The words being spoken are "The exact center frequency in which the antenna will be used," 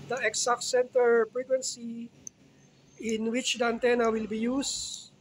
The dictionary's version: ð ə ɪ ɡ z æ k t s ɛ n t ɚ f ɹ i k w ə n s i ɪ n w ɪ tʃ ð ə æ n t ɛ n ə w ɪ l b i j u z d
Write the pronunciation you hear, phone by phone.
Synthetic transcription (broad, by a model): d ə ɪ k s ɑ k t s ɛ n t ɚ p ɹ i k w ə n s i ɪ n w ɪ tʃ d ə æ n t ɛ n ə w ɪ l b i j u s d